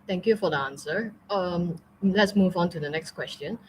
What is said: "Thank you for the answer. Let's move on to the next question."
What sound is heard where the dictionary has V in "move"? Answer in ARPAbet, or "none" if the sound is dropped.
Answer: V